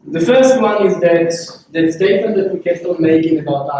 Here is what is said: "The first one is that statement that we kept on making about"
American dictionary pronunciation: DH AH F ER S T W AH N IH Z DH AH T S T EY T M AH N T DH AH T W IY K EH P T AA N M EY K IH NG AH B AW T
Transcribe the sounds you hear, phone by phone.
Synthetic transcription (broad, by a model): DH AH F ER S T W AH N IH Z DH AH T S T EY T M AH N T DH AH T W IY K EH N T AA L M EY K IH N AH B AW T